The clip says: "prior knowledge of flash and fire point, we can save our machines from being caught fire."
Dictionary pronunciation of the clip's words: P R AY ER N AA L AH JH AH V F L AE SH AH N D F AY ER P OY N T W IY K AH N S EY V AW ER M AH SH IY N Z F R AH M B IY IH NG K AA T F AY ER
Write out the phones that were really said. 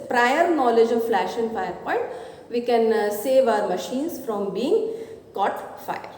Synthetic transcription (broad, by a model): P R AY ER N AA L AH JH AH V F L AE SH AH N D F AY ER P OY N T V IY K AH N S EY V AW ER M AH SH IY N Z F R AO M B IY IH NG K AA T F AY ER